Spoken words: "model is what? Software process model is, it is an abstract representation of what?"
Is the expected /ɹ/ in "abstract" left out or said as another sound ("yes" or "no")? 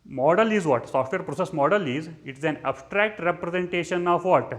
no